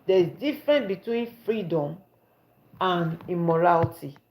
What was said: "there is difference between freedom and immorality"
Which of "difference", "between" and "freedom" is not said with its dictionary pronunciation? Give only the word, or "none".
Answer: difference